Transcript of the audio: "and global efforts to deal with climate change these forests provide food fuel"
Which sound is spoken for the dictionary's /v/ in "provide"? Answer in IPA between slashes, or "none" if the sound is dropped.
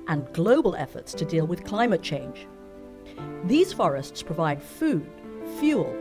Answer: /v/